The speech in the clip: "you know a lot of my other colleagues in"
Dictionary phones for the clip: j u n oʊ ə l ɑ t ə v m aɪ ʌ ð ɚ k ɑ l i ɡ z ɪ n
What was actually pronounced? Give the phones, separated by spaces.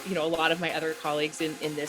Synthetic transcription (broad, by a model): j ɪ n oʊ ə l ɑ t ə v m aɪ ʌ ð ɚ k ɑ l i ɡ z ɪ n